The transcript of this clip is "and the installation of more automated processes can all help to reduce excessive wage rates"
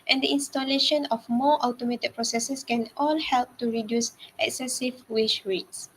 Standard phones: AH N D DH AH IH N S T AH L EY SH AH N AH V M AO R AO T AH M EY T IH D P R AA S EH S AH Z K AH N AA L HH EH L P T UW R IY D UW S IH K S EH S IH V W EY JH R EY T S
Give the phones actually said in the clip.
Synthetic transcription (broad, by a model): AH N D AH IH N S T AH L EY SH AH N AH F M AO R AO T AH M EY T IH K P R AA S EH S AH S K AH N AA L HH EH L P T UW R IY D UW S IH K S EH S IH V W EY SH R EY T S